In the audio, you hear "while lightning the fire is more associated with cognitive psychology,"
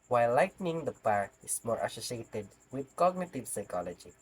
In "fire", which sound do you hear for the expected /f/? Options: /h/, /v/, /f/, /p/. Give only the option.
/p/